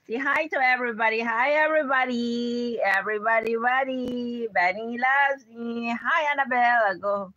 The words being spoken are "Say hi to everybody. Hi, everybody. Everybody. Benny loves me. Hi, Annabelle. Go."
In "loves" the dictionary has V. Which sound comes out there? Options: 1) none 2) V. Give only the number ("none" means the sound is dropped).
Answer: 1